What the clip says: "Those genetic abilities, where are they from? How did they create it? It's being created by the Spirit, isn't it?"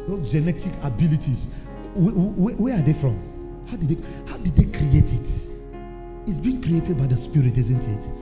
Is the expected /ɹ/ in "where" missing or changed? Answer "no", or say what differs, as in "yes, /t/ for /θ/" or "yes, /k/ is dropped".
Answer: yes, /w/ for /ɹ/